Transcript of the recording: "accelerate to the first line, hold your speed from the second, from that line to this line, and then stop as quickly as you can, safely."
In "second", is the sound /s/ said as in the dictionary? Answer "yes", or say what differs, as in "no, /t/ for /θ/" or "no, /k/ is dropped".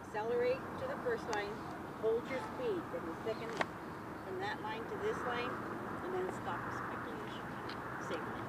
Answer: no, /θ/ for /s/